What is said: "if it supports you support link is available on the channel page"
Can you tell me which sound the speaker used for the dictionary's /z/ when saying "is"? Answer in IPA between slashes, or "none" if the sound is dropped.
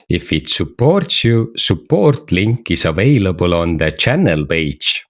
/s/